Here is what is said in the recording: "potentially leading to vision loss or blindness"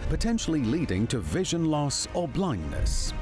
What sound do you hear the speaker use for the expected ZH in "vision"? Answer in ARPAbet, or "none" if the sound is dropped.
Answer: ZH